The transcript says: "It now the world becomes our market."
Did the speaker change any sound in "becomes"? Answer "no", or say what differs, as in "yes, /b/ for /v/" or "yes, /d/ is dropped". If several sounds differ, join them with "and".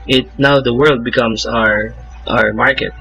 yes, /s/ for /z/